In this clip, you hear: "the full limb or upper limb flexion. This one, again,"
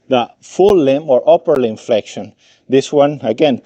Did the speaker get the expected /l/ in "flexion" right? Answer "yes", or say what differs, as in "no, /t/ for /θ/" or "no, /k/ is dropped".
yes